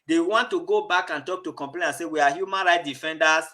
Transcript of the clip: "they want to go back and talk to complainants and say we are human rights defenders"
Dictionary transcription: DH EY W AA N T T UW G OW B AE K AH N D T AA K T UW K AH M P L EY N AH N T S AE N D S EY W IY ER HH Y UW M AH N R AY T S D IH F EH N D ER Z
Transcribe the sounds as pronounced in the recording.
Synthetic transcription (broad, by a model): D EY W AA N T T UW G OW B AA K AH N T AA K T UW K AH M P L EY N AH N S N S EY W IY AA HH Y UW M AH N R AY T D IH F EH N D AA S